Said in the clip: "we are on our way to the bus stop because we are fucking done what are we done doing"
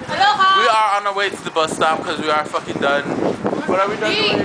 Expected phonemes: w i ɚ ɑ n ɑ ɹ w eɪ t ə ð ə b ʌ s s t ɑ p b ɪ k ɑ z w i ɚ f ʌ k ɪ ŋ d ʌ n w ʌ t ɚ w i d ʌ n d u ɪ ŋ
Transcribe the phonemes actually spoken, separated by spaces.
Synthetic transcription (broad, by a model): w i ɚ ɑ n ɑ w eɪ t ə ð ə b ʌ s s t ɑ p k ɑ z w i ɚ f ʌ k ɪ ŋ d ʌ n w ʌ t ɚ w i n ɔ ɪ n